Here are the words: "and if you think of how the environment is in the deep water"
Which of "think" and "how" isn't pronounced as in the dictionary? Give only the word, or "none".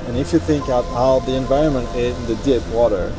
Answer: none